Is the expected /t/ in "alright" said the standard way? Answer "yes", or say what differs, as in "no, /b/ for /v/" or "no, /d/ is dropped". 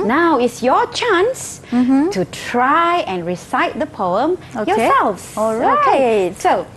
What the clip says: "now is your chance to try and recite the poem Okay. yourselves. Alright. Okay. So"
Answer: no, /t/ is dropped